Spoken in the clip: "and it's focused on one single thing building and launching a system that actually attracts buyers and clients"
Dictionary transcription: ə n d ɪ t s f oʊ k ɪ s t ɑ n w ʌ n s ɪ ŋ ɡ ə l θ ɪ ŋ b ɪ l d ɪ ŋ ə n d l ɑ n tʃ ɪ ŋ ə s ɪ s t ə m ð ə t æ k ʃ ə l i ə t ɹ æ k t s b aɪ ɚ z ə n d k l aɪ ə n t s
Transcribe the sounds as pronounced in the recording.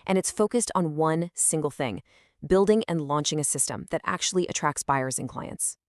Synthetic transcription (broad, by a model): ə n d ɪ t s f oʊ k ɪ s t n w ʌ n s ɪ ŋ ɡ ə l θ ɪ ŋ b ɪ l d ɪ ŋ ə n l ɑ n tʃ ɪ ŋ ə s ɪ s t ə m ð ə t æ k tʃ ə l i ə t ɹ æ k t s b aɪ ɚ z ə n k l aɪ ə n t s